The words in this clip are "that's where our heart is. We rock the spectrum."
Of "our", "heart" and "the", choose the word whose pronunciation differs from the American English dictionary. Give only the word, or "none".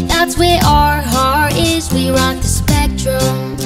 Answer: heart